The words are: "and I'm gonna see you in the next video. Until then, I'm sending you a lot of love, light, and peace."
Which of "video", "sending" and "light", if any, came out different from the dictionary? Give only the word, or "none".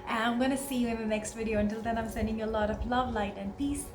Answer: none